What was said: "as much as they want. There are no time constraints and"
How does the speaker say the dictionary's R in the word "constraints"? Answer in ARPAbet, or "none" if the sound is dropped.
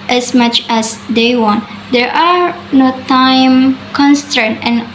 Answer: none